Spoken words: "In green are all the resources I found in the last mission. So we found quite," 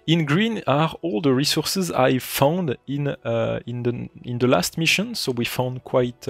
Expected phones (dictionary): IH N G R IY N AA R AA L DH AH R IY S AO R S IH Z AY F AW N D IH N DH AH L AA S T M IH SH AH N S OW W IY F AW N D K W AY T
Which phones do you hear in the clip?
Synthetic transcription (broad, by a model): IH N G R IY N AA R AA L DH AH R IY S AO R S IH Z AY F AW N D IH N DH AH L AA S T M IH SH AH N S OW W IY F AW N D K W AY T